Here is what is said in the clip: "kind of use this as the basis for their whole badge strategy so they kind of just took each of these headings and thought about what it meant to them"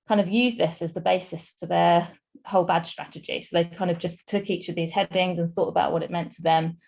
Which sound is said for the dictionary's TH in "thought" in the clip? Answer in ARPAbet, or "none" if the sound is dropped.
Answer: TH